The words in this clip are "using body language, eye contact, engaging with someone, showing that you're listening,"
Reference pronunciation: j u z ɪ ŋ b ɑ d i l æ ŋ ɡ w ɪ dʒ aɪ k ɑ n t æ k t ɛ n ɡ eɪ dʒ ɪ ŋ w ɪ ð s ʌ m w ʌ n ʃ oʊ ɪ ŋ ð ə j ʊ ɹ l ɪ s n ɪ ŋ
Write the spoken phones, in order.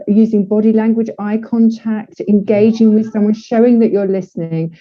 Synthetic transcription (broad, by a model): j u z ɪ ŋ b ɑ d i l æ ŋ ɡ w ɪ dʒ aɪ k ɑ n t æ k t ɛ n ɡ eɪ dʒ ɪ ŋ w ɪ ð s ʌ m w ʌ n ʃ oʊ ɪ ŋ ð ə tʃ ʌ l ɪ s n ɪ ŋ